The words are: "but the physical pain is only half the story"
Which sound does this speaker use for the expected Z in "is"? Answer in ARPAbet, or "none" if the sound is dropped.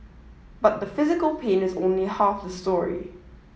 Z